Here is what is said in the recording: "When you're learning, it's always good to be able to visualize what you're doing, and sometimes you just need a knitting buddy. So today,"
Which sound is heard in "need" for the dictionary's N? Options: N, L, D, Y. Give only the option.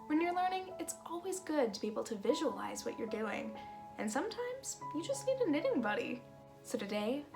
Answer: L